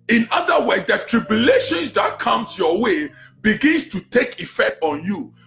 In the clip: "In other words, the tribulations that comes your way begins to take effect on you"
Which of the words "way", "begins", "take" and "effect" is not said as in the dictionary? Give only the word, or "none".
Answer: begins